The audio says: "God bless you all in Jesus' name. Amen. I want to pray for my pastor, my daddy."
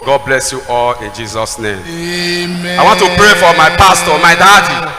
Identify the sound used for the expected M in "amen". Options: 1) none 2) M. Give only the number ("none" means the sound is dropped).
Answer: 1